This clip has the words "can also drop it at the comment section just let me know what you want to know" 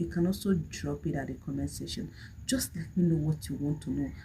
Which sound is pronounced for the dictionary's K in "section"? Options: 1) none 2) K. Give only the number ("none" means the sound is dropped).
1